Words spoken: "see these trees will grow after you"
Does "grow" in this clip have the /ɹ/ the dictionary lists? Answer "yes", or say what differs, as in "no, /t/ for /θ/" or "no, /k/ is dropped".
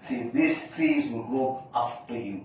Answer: no, /ɹ/ is dropped